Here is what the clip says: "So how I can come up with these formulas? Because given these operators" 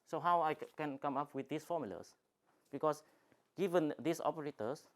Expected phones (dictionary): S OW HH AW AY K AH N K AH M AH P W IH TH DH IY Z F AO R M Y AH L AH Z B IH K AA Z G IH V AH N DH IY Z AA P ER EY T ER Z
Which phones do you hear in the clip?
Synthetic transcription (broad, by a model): S OW HH AW AY K AH N K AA M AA P W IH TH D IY S F AO M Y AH L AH S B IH K AA S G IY V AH N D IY S AA P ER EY T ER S